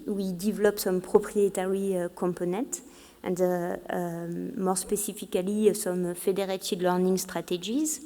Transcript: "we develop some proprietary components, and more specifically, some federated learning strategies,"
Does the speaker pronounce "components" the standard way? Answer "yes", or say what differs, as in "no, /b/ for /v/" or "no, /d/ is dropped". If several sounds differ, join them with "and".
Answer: no, /s/ is dropped